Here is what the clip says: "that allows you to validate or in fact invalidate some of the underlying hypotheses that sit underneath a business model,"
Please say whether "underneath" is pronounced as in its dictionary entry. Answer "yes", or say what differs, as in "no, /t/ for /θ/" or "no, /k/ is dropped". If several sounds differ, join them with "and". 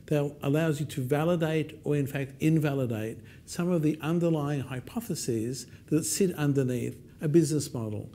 yes